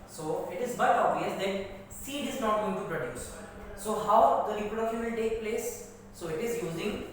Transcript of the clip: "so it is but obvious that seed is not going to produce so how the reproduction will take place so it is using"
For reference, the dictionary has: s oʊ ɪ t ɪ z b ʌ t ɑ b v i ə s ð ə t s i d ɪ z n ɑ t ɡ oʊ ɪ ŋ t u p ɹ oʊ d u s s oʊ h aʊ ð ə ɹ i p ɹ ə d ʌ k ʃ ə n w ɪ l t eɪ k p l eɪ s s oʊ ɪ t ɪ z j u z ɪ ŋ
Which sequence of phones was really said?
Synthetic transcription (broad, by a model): s oʊ ɪ t ɪ z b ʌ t ɑ b v i ə s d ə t s i d ɪ z n ɑ t ɡ oʊ ɪ ŋ t u p ɹ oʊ d u s s oʊ h aʊ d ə l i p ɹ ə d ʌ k ə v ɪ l t eɪ k p l eɪ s s oʊ ɪ t ɪ z j u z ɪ ŋ